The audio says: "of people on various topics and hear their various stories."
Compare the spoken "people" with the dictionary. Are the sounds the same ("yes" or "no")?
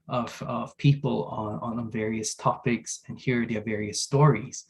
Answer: no